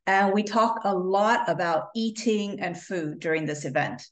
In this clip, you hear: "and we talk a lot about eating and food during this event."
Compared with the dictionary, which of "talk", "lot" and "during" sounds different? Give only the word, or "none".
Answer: none